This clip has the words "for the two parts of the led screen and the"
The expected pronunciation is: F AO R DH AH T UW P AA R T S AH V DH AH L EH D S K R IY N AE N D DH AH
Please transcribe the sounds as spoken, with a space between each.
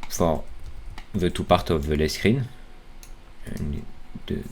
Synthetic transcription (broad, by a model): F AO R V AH T UW P AA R T AH V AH L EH S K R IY N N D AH